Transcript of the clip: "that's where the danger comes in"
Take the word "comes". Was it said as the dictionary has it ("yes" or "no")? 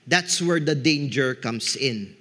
no